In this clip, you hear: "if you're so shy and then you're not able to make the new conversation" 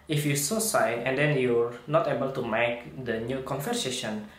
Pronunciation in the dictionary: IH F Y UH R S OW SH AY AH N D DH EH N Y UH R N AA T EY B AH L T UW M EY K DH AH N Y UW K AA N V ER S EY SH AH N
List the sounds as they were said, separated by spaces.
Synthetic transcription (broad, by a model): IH F Y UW S OW S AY AH N D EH N Y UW R N AA T EY B AH L T UW M EY K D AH N Y UW K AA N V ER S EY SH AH N